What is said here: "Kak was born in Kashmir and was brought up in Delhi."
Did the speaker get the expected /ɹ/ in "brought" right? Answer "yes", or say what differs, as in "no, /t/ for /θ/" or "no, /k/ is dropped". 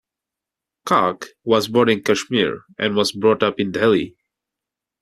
yes